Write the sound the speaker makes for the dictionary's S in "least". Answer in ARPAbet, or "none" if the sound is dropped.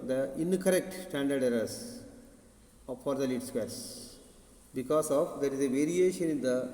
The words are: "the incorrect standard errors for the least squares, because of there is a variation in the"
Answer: none